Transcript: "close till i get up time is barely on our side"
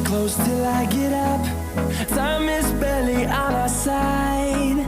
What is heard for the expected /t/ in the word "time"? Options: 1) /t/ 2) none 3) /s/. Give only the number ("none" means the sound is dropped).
3